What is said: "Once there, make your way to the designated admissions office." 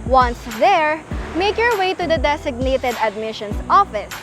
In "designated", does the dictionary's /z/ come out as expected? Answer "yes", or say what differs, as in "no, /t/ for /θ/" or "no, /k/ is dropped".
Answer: no, /s/ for /z/